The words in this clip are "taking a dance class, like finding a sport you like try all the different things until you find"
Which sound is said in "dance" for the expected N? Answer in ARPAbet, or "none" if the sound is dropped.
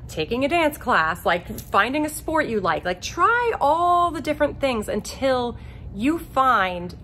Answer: N